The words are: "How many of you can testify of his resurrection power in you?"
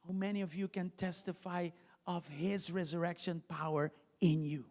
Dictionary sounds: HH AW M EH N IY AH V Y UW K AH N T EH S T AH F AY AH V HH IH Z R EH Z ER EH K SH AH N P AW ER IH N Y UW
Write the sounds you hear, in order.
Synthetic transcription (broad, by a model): HH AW M EH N IY AH V Y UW K AH N T EH S T AH F AY AH V HH IH Z R EH Z ER EH K SH AH N P AW ER IH N Y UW